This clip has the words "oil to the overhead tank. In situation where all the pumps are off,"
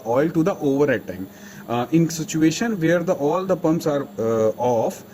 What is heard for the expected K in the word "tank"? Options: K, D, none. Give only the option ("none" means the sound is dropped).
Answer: none